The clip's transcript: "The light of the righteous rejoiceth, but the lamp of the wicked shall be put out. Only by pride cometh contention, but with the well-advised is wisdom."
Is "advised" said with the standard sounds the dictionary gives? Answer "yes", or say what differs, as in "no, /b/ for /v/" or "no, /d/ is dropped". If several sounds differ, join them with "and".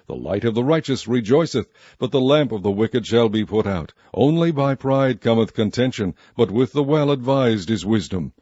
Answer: yes